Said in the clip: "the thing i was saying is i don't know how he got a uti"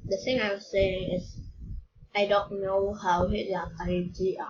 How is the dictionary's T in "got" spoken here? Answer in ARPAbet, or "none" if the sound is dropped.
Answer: none